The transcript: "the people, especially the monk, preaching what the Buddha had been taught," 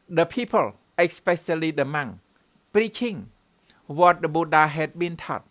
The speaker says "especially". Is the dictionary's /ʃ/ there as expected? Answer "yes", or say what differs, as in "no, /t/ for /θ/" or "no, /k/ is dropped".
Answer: no, /s/ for /ʃ/